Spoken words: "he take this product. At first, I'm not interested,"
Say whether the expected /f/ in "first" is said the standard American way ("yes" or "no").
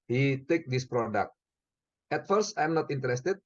yes